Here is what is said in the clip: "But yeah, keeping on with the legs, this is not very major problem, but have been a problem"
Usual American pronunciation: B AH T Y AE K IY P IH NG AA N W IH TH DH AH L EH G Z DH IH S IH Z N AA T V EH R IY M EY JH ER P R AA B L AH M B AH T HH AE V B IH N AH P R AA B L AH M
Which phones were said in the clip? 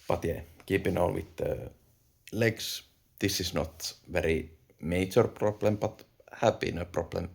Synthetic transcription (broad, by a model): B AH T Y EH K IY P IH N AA L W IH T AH L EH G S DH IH S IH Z N AA T V EH R IY M EY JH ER P R AA B L AH M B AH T HH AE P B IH N AH P R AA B L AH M